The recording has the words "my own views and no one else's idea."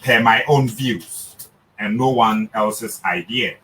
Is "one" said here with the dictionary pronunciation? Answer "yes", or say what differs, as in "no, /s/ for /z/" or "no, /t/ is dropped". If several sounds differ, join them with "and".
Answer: yes